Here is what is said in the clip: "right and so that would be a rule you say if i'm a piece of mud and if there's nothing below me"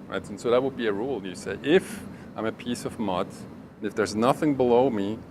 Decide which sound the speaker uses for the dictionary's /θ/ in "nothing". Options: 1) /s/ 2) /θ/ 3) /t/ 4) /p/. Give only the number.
2